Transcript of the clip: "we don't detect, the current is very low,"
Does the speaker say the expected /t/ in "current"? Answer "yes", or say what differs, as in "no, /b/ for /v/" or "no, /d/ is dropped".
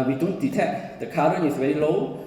no, /t/ is dropped